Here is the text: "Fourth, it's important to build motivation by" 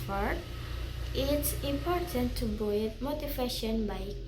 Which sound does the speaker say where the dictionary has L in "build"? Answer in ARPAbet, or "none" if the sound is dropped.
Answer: none